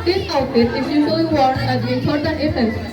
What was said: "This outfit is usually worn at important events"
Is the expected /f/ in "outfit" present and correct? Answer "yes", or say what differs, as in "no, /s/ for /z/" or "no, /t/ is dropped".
no, /f/ is dropped